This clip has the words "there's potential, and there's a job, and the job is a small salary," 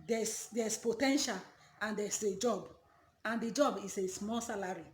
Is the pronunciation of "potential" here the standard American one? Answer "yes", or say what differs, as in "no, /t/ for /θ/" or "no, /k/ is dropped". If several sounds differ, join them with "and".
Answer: yes